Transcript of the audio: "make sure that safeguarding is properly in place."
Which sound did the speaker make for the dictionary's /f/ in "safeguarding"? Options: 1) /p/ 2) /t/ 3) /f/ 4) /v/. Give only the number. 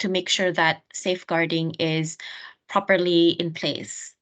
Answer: 3